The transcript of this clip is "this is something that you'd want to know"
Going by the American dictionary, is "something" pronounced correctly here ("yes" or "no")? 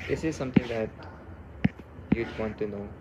no